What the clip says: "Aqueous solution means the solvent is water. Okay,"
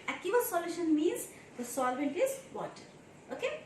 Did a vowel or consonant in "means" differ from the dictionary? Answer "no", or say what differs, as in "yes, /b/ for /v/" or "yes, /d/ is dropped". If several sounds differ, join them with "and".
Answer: no